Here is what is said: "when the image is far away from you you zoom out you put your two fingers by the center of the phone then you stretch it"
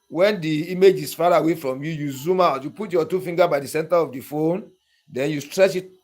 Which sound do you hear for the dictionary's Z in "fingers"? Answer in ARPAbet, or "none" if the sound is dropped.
none